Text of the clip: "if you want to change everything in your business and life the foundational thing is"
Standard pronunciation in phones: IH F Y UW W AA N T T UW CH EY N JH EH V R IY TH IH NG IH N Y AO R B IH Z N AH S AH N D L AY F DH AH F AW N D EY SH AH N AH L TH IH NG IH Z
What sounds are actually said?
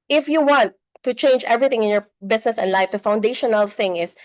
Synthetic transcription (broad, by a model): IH F Y UW W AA N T T UW CH EY N JH EH V R IY TH IH NG IH N Y AO R B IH S N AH S AH N D L AY F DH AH F AW N D EY SH AH N AH L TH IH NG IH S